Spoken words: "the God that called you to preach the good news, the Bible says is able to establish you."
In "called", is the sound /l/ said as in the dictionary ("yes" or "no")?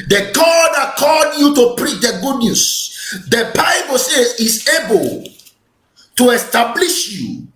no